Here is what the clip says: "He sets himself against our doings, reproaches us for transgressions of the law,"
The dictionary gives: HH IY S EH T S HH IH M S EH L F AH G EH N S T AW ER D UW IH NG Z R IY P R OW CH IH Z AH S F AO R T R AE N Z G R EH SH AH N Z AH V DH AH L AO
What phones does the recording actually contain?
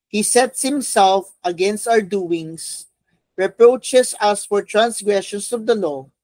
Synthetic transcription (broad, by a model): HH IY S EH T S HH IH M S EH L F AH G EH N S T AW ER D UW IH NG S R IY P R OW CH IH S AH S F AO R T R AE N S G R EH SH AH N S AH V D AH L AO